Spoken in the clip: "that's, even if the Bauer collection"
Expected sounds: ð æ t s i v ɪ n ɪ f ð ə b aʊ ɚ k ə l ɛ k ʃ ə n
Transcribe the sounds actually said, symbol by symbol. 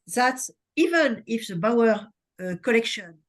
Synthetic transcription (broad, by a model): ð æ t s i v ɪ n ɪ f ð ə b aʊ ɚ k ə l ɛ k ʃ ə n